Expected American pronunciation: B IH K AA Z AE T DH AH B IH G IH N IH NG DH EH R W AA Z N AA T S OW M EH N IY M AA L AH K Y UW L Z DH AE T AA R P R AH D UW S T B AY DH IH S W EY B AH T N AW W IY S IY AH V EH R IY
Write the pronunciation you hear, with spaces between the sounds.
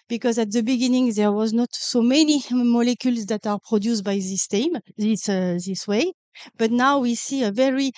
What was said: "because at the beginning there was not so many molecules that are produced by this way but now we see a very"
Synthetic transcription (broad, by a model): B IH K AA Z AE T DH AH B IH G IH N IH NG DH EH R W AA Z N AA T S OW M EH N IY M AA L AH K Y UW L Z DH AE T AA R P R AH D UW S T B AY DH IH S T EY B AH T N AW W IY S IY AH V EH R IY